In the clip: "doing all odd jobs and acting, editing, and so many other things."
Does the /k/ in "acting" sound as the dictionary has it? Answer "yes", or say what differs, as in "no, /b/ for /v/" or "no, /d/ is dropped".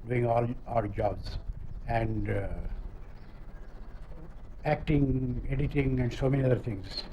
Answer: yes